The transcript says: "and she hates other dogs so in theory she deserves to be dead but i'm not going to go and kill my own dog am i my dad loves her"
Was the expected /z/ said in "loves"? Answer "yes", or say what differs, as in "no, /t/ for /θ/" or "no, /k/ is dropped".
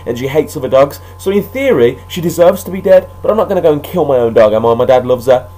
yes